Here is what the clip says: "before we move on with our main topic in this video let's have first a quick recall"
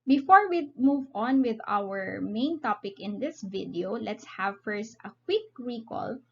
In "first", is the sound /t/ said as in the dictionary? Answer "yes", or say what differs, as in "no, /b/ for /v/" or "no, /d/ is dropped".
yes